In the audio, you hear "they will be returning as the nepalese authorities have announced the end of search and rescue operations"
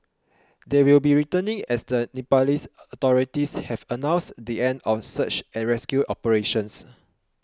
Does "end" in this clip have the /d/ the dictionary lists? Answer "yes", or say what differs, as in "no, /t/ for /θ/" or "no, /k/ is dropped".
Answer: yes